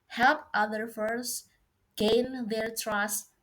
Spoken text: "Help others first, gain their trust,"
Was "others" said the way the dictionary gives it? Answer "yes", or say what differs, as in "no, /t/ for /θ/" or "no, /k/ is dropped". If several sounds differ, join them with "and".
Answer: no, /z/ is dropped